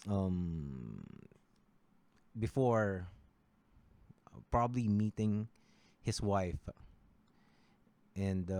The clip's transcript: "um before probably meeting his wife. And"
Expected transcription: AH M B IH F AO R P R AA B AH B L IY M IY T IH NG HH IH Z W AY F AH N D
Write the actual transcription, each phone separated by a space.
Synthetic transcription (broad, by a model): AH M B IH F AO R P R AA B AH B L IY M IY T IH NG HH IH S W AY F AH N D